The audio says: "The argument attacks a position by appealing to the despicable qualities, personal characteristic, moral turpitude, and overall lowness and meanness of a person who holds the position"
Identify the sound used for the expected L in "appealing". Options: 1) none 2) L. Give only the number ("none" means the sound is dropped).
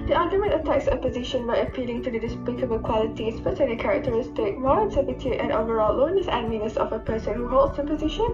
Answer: 2